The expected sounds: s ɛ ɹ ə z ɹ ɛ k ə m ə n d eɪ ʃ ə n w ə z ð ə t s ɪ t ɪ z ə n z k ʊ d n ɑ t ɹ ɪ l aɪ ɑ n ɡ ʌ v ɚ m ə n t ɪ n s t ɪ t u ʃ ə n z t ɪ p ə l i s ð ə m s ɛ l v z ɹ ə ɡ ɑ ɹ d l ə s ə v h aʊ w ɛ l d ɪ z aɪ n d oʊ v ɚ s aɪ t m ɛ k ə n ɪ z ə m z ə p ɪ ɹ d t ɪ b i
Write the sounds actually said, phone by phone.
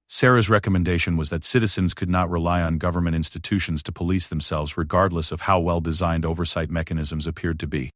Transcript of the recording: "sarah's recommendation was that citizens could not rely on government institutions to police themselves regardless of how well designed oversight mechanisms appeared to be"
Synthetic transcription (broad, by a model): s ɛ ɹ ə z ɹ ɛ k ə m ə n d eɪ ʃ ə n w ə z ð ə t s ɪ t ɪ z ə n z k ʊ d n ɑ t ɹ ɪ l aɪ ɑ n ɡ ʌ v ɚ m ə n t ɪ n s t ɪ t u ʃ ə n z t ɪ p ə l i s ð ə m s ɛ l v z ɹ ə ɡ ɑ ɹ d l ə s ə v h aʊ w ɛ l d ɪ z aɪ n d oʊ v ɚ s aɪ t m ɛ k ə n ɪ z ə m z ə p ɪ ɹ d t ɪ b i